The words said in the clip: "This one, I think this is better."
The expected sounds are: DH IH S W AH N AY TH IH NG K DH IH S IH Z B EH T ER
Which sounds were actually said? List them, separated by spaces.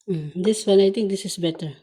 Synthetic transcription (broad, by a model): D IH S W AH N AY T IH NG K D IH S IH S B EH T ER